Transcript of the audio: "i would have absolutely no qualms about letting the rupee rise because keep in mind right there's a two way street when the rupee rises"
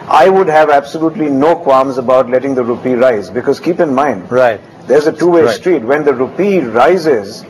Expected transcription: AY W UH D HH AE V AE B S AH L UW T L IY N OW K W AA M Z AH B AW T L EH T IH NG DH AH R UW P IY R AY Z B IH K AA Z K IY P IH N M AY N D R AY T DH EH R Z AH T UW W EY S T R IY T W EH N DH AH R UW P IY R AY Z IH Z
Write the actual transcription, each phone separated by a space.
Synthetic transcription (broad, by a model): AY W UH D HH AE V AE B S AH L UW T L IY N OW K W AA M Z AH B AW T L EH T IH NG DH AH R UW P IY R AY Z B IH K AA Z K IY P IH N M AY N D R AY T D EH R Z AH T UW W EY S T R IY T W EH N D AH R UW P IY R AY Z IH Z